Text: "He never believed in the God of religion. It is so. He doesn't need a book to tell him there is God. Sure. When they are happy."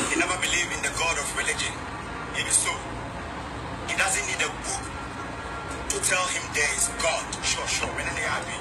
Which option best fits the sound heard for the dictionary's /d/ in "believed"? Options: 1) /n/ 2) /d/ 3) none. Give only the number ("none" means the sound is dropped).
3